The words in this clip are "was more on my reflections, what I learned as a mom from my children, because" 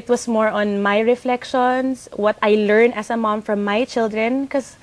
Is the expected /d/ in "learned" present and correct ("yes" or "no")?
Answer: no